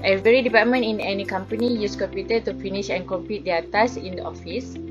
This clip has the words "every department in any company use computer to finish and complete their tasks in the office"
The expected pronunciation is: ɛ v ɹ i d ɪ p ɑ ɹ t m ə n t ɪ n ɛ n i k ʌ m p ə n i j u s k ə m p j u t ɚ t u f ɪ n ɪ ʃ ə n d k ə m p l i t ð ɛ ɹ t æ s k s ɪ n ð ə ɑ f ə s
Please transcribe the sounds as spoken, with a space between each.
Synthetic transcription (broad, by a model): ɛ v ɹ i d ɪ p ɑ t m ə n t ɪ n ɛ n i k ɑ m p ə n i j u s k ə m p j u t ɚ t u f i n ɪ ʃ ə n k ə m p i t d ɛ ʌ t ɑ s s ɪ n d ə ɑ f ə s